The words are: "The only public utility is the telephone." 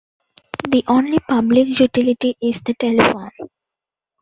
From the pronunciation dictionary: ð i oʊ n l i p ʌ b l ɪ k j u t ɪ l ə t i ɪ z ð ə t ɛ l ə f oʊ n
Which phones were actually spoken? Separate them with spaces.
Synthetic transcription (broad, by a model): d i oʊ n l i p ʌ b l ɪ k j u t ɪ l ə t i ɪ z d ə t ɛ l ə f oʊ n